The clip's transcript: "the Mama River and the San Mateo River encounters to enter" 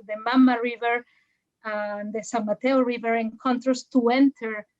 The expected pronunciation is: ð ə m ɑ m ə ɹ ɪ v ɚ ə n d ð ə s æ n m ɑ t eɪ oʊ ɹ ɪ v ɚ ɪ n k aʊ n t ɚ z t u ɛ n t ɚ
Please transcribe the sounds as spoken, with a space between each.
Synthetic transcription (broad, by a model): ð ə m ɑ m ə ɹ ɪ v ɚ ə n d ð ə s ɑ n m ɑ t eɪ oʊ ɹ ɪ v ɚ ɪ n k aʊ n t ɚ s t u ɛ n t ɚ